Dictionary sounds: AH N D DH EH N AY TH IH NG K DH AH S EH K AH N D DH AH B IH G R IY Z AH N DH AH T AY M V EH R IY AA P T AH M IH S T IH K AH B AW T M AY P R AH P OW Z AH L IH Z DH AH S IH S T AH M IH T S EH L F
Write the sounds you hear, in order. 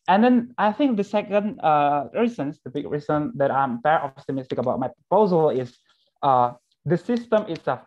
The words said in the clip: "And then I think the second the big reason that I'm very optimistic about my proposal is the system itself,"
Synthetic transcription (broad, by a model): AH N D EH N AY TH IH NG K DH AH S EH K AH N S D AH B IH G R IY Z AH N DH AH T AY M P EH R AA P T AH M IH S T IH K AH B AW T M AY P R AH P OW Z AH L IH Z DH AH S IH S T AH M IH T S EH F